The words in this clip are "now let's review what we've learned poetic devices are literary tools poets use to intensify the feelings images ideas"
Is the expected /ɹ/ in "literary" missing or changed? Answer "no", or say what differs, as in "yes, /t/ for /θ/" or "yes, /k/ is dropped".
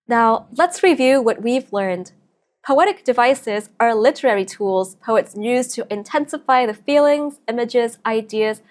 no